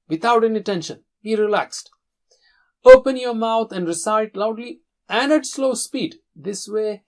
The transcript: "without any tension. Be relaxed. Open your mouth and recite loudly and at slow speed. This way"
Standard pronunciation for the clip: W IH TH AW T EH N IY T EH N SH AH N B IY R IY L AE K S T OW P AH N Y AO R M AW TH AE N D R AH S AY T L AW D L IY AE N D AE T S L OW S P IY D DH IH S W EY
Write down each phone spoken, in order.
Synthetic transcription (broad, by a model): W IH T AW T EH N IY T EH N SH AH N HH IY R IY L AE K S T OW P AH N Y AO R M AW T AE N D R AH S AY T L AW D L IY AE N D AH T S L OW S P IY D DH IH S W EY